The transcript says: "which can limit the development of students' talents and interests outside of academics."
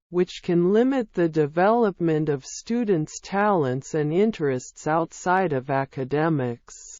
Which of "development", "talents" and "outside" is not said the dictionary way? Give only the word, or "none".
none